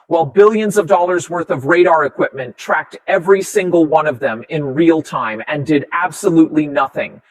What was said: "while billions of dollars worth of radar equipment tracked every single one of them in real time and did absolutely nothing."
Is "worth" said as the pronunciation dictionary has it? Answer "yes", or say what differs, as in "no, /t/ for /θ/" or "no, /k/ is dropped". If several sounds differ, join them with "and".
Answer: yes